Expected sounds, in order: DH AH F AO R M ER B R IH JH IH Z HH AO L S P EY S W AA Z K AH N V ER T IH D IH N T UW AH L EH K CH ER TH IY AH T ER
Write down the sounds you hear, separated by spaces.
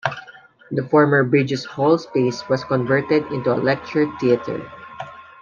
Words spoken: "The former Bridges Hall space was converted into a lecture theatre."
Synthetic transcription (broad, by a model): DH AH F AO R M ER B R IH JH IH S HH AO L S P EY S W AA S K AH N V ER T IH D IH N T UW AH L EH K CH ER T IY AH T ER